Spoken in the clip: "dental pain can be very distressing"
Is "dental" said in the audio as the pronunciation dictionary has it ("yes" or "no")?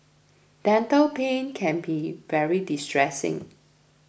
yes